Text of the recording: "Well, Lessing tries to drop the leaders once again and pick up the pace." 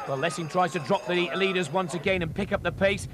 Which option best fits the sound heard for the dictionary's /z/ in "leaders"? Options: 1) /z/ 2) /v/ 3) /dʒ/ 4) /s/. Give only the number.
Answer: 1